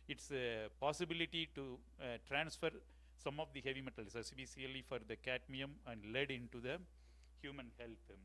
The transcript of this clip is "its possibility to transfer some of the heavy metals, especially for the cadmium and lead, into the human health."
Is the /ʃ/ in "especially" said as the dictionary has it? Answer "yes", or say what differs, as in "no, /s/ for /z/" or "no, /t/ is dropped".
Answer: no, /s/ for /ʃ/